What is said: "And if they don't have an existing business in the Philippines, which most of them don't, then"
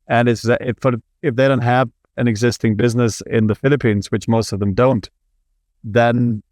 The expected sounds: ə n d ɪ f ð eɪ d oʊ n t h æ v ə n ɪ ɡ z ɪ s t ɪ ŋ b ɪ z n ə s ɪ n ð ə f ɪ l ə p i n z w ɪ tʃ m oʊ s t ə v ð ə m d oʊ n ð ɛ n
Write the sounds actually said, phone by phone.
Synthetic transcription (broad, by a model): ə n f ɪ f ð eɪ d oʊ n t h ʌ v ə n ɪ ɡ z ɪ s t ɪ ŋ b ɪ z n ə s ɪ n ð ə f ɪ l ə p i n z w ɪ tʃ m oʊ s t ə v ð ə m d oʊ n ð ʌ n